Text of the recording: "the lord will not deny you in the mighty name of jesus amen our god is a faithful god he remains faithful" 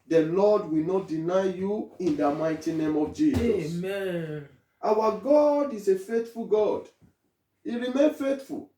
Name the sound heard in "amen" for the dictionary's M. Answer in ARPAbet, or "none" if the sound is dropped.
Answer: none